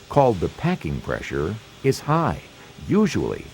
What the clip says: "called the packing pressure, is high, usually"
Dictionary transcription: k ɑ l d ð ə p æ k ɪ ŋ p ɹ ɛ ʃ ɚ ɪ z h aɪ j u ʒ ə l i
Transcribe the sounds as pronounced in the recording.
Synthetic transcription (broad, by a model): k ɑ l d ð ə p æ k ɪ ŋ p ɹ ɛ ʃ ɚ ɪ z h aɪ j u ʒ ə l i